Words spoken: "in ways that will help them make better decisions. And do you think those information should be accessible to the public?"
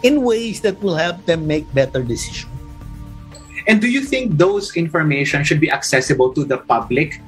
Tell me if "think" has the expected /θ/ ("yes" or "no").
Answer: yes